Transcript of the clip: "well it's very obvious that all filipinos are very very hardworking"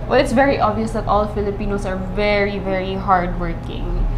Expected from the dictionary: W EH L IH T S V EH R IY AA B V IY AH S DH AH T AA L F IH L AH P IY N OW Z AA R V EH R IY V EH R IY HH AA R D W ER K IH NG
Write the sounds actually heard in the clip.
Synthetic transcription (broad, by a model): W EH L IH T S V EH R IY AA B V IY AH S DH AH T AA L F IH L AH P IY N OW S AA R V EH R IY V EH R IY HH AA R D W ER K IH NG